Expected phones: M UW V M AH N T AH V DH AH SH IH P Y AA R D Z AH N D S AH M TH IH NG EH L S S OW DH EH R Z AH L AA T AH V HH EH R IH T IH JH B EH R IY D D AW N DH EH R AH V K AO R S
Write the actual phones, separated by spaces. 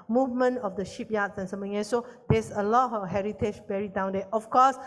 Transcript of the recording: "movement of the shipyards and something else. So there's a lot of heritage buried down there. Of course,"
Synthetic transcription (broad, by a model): M UW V M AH N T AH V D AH SH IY P Y AA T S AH N S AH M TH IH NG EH S S OW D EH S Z AH L AA T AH HH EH R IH T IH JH B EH R IY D D AW N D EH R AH F K AO S